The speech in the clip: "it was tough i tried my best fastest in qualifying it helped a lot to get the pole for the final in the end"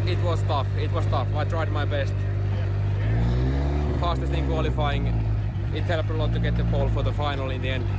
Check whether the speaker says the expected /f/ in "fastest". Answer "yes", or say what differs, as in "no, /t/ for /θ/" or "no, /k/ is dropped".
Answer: no, /p/ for /f/